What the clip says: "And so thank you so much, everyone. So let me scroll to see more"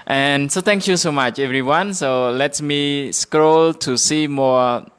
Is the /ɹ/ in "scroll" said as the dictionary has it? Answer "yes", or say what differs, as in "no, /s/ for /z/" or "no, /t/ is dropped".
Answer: yes